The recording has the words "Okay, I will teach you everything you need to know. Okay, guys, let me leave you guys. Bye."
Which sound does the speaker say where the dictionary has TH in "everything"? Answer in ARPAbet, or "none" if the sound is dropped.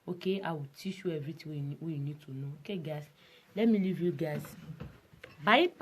T